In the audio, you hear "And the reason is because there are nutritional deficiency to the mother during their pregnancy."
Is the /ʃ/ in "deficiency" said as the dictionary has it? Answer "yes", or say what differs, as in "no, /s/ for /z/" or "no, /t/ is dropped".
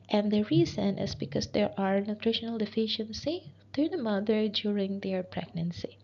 yes